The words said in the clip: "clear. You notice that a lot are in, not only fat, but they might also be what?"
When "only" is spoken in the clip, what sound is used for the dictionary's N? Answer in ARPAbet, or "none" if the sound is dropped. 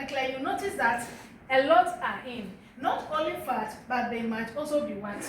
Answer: none